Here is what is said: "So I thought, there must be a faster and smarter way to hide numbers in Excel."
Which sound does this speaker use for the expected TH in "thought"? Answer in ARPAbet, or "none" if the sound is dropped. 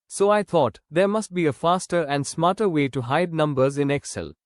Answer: T